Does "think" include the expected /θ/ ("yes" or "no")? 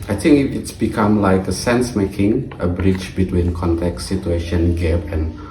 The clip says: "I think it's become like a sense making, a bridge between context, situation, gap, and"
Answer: no